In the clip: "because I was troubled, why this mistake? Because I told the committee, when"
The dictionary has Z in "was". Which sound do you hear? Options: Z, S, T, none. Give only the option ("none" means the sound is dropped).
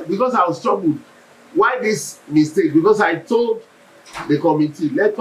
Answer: S